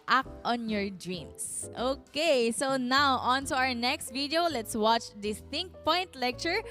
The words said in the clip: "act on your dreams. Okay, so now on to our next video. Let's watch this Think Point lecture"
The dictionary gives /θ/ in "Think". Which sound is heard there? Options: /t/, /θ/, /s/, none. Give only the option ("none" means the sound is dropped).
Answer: /t/